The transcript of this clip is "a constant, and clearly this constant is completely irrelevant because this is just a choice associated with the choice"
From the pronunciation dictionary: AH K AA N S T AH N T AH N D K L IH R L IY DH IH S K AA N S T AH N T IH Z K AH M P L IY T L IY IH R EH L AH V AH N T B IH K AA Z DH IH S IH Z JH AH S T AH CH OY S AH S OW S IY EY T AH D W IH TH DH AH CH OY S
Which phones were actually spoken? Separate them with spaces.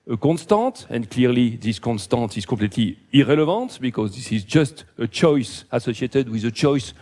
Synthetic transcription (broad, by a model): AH K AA N S T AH T AH N D K L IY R L IY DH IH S K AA N S T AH T IH Z K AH P L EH T L IY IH R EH L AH V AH T B IH K AA Z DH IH S IH Z JH AH S T AH CH OY S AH S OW S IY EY T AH D W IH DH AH CH OY S